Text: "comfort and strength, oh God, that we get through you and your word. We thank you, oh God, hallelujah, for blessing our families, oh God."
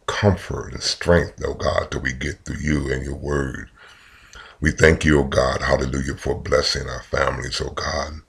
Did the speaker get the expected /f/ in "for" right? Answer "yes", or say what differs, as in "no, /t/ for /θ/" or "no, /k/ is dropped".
yes